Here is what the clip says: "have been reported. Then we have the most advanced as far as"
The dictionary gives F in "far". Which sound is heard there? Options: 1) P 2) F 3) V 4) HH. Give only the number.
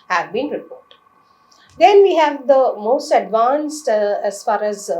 2